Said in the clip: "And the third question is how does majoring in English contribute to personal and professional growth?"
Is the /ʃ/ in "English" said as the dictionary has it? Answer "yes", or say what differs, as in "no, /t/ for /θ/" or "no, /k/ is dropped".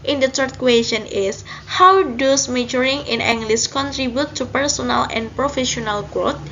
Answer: no, /s/ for /ʃ/